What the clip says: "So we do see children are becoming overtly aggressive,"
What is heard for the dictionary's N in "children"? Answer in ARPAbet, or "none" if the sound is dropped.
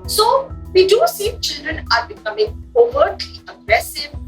N